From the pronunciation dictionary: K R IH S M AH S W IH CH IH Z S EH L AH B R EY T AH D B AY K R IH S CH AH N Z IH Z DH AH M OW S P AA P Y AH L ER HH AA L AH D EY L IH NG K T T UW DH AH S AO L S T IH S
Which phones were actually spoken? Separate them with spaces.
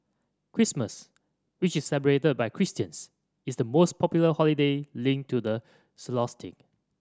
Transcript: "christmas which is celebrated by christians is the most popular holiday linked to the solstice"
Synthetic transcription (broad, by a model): K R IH S M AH S W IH CH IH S EH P AH R EY T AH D B AY K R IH S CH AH N S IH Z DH AH M OW S P AA P Y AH L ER HH AA L AH D EY L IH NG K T T UW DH AH S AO S T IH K